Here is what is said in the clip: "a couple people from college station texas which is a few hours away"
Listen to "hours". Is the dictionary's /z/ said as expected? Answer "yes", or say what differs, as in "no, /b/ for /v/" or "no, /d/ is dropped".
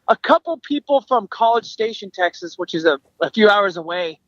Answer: yes